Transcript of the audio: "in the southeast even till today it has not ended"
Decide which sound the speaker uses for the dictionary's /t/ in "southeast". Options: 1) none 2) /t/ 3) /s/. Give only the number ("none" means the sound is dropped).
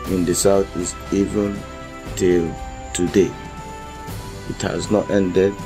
1